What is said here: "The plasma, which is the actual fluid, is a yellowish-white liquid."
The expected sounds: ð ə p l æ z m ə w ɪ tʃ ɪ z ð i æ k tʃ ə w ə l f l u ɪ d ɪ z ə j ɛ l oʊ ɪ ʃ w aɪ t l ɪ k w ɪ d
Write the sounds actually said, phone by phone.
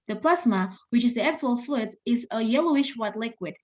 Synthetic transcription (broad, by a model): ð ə p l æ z m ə w ɪ tʃ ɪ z ð i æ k tʃ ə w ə l f l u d ɪ z ə j ɛ l oʊ ɪ ʃ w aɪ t l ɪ k w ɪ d